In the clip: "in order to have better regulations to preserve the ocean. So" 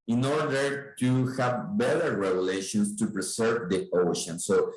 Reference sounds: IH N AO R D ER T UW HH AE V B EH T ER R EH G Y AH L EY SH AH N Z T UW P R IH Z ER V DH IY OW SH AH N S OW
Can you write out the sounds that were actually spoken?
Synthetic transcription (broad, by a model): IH N AO R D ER T UW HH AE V B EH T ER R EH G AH L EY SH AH N S T UW P R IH S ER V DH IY OW SH AH N S OW